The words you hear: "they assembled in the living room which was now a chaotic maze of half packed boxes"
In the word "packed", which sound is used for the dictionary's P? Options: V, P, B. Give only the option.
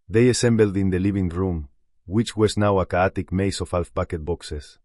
B